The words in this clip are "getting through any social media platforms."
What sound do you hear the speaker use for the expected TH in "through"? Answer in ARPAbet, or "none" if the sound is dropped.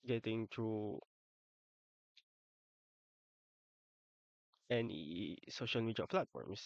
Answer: T